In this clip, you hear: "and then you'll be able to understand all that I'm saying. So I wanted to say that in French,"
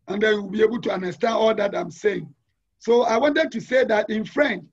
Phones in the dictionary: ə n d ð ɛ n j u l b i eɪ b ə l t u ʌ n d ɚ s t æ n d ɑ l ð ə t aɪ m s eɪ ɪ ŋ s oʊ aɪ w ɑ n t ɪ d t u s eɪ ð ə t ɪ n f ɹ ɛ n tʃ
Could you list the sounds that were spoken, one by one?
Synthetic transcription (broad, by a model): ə n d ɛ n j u w b i eɪ b ə l t u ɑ n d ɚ s t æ n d ɑ l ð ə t aɪ m s eɪ ɪ ŋ s oʊ aɪ w ɑ n t ɪ d t u s eɪ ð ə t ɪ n f ɹ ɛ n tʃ